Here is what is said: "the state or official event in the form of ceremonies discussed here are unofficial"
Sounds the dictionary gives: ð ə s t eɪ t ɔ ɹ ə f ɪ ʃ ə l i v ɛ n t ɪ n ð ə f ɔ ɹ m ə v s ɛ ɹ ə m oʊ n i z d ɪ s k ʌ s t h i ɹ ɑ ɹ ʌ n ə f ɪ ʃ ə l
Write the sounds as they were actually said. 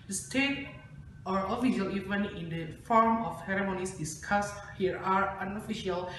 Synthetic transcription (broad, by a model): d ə s t eɪ t ɔ ɹ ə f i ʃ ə l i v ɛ n ɪ n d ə f ɔ ɹ m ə f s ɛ ɹ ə m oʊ n i s d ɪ s k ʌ s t h i ɹ ɑ ɹ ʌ n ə f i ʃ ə l